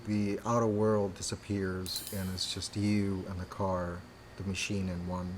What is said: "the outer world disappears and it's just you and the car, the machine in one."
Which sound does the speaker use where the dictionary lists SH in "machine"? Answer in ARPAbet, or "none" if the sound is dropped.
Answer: SH